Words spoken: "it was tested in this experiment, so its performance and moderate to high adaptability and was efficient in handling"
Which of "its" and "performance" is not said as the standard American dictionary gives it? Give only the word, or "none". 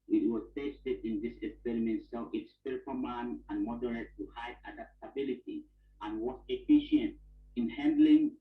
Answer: performance